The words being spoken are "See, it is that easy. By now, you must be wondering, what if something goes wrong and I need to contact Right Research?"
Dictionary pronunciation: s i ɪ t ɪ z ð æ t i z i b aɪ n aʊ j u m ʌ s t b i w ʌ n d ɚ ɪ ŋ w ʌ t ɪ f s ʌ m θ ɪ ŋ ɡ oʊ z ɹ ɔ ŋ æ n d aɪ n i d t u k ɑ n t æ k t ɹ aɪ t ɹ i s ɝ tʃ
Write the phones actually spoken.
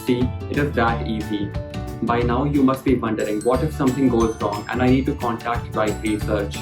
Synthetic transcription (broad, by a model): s i ɪ t ɪ z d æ t i z i b aɪ n aʊ j u m ʌ s t b i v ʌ n d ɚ ɪ ŋ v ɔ t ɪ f s ʌ m t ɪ ŋ ɡ oʊ z ɹ ɔ ŋ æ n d aɪ n i d t u k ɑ n t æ k t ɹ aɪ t ɹ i s ɝ tʃ